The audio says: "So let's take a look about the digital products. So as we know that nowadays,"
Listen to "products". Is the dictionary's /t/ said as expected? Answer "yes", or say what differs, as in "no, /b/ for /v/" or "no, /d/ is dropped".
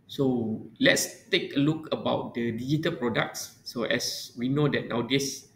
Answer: yes